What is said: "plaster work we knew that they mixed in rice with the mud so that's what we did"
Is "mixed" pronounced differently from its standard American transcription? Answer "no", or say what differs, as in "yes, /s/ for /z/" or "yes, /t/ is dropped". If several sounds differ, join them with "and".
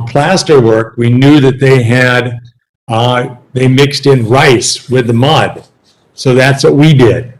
no